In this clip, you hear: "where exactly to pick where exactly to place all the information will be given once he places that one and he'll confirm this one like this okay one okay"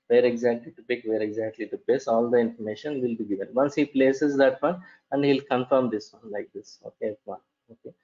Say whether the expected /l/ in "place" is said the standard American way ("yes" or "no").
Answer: no